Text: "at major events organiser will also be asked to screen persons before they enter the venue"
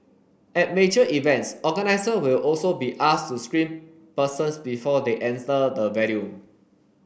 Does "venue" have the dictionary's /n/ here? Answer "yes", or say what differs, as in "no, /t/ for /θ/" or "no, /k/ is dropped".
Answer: no, /l/ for /n/